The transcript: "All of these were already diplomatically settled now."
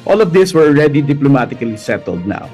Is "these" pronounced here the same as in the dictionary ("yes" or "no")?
no